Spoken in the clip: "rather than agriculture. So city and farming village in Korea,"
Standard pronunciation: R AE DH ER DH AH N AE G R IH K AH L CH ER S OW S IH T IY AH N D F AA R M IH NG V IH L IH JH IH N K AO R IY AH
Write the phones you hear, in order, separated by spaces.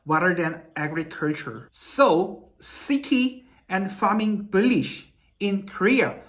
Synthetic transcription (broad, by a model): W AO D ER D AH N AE G R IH K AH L CH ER S OW S IH T IY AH N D F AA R M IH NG B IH L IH SH IH N K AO R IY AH